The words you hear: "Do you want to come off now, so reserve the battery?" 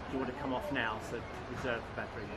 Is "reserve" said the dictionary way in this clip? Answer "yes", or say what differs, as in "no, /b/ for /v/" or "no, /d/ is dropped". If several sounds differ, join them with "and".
yes